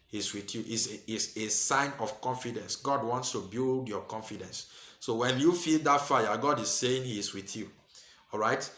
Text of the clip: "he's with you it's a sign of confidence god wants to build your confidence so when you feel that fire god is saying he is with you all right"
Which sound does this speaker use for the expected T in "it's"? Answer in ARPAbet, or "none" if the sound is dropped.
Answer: S